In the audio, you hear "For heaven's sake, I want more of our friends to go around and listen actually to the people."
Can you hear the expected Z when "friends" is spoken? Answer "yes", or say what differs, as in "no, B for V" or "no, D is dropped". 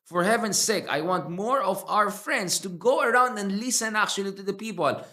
no, S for Z